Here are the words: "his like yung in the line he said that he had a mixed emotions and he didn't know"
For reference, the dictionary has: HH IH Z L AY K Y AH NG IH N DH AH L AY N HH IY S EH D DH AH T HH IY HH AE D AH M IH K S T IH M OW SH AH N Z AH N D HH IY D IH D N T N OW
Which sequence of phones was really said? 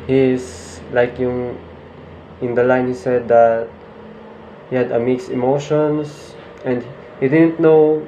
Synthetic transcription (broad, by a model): HH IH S L AY K Y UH NG IH N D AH L AY N HH IY S EH D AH T HH IY HH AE D AH M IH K S IH M OW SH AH N S AH N D HH IY D IH D N T N OW